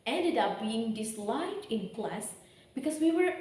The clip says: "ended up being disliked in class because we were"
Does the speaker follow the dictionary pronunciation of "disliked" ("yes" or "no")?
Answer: no